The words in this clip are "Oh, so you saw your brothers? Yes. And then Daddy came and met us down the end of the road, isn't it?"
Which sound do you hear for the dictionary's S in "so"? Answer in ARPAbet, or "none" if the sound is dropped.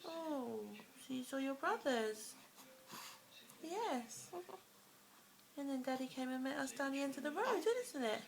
SH